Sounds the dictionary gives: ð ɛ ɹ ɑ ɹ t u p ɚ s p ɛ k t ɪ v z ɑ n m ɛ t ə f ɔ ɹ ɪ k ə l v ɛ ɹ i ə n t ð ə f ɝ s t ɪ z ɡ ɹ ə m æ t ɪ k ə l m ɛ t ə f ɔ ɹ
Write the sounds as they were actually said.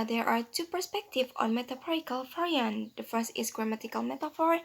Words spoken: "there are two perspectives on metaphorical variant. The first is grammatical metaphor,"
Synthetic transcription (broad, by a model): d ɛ ɹ ɑ ɹ t u p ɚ s p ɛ k t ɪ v ɑ n m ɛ t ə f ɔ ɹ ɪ k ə l f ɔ ɹ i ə n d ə f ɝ s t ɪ s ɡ ɹ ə m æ t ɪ k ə l m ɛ t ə f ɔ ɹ